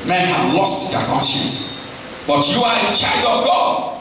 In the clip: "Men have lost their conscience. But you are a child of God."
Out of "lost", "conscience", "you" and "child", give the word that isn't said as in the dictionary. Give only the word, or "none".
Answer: none